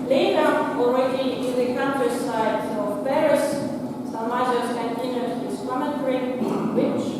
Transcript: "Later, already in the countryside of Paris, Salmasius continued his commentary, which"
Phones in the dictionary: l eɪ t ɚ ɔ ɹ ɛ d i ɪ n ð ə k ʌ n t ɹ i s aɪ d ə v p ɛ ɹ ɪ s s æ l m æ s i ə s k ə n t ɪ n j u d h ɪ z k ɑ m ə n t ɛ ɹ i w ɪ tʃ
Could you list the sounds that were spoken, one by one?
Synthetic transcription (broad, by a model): l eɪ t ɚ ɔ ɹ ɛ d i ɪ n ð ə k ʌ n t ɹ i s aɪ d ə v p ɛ ɹ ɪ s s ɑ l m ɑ i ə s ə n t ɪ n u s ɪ s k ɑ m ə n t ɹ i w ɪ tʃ